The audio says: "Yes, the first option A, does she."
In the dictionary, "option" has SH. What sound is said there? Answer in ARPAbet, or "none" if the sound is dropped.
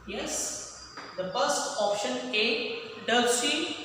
SH